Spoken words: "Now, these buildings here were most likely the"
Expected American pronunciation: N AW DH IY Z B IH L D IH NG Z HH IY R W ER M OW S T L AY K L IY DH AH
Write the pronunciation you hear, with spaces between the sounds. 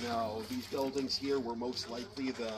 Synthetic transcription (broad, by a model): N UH DH IY Z B IH L D IH NG Z HH IY R W ER M OW S T L AY K L IY DH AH